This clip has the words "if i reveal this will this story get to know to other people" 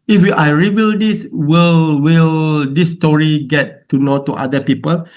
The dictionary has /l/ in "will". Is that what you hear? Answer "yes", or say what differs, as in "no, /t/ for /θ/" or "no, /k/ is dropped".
yes